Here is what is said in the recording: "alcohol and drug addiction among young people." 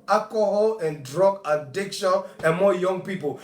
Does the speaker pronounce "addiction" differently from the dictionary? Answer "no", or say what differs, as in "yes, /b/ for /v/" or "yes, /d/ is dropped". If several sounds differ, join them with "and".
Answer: no